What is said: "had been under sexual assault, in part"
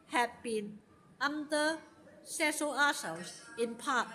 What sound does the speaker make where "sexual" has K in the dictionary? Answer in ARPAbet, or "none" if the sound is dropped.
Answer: none